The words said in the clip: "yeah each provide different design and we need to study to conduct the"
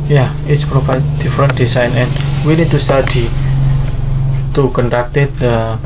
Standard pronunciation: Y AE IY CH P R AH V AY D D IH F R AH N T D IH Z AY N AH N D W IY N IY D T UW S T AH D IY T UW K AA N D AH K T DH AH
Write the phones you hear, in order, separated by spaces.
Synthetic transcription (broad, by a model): Y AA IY S P R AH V AY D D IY F R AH N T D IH S AY N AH N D W IY N IY D T UW S T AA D IY T UW K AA N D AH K T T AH